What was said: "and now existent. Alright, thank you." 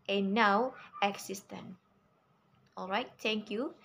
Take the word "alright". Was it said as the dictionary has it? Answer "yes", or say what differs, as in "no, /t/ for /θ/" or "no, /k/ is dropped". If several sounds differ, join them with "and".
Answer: yes